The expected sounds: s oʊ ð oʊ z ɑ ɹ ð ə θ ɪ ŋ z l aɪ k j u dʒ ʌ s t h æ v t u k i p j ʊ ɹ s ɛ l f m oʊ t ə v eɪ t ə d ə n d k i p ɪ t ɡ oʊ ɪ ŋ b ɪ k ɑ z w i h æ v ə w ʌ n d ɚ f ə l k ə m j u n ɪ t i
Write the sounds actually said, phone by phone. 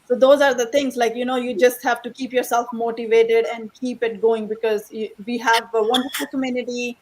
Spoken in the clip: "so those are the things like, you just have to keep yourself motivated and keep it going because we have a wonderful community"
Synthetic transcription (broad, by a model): s oʊ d oʊ z ɑ ɹ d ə t ɪ ŋ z l aɪ k j u dʒ ʌ s t h æ v t u k i p j ʊ ɹ s ɛ l f m oʊ t ə v eɪ t ə d ə n d k i p ɪ t ɡ oʊ ɪ ŋ b ɪ k ɑ z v i h æ v ə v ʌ n d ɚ f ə l k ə m j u n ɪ t i